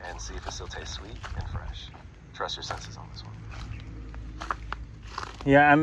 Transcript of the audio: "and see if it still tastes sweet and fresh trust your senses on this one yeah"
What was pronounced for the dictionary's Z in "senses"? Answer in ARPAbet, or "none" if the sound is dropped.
Z